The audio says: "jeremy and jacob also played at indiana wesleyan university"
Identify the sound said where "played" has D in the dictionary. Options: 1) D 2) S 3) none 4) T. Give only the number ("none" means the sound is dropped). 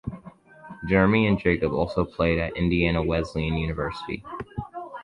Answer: 1